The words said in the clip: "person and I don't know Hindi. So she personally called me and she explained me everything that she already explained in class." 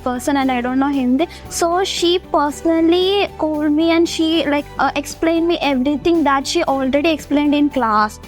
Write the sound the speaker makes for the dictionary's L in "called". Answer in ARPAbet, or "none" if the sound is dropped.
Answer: L